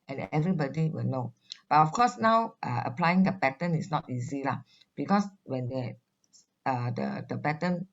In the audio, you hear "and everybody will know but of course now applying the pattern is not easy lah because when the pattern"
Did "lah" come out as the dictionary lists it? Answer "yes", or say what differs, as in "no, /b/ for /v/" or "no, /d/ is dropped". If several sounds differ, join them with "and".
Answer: yes